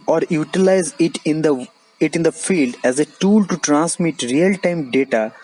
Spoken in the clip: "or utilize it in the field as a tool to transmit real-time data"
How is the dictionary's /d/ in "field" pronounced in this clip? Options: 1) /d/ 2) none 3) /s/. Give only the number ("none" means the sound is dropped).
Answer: 1